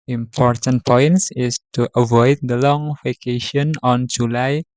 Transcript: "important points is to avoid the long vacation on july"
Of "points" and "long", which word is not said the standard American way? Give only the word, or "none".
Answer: none